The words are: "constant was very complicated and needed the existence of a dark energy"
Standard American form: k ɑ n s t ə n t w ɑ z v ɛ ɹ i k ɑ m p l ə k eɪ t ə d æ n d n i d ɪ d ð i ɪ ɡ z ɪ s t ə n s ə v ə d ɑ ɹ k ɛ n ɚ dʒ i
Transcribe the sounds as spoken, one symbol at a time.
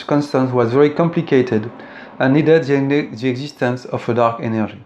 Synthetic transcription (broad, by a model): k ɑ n s t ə n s w ɑ z v ɛ ɹ i k ɑ m p l ə k eɪ t ə d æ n n i d ɪ d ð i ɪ ɡ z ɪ s t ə n s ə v ə d ɑ ɹ k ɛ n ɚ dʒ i